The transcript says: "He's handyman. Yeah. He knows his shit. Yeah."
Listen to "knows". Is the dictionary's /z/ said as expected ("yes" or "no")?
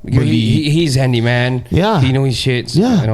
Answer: no